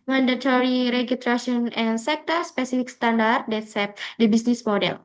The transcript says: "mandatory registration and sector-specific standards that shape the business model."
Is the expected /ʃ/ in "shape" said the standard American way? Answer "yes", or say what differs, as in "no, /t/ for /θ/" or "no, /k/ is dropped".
no, /s/ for /ʃ/